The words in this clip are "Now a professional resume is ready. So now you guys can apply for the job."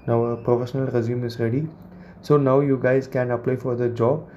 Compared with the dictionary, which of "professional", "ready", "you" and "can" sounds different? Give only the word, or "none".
none